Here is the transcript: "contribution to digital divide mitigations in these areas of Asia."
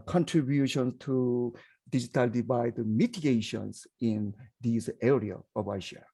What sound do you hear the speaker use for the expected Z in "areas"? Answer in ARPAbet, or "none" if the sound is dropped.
none